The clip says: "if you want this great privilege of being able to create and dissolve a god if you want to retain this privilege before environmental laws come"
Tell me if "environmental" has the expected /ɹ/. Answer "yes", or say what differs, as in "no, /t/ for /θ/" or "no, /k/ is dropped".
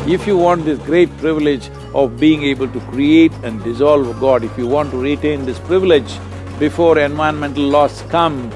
no, /ɹ/ is dropped